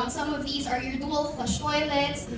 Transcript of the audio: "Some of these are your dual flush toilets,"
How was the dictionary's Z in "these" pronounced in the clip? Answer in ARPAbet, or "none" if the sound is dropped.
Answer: Z